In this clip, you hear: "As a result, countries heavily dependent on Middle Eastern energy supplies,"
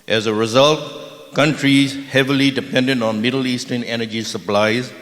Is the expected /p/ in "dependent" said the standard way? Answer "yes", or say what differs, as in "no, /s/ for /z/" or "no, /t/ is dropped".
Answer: yes